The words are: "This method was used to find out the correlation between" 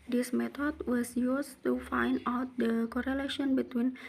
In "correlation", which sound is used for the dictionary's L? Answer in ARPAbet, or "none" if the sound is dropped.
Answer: L